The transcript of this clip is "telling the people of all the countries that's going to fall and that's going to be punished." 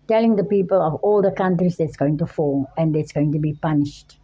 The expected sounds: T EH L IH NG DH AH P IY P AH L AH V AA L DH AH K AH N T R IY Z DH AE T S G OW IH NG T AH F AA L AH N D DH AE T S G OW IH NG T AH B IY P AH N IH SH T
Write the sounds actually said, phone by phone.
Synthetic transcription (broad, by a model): T EH L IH NG DH AH P IY P AH L AH V AA L DH AH K AH N T R IY Z DH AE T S G OW IH NG T AH F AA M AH N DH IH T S G OW IH NG T AH B IY P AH N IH SH T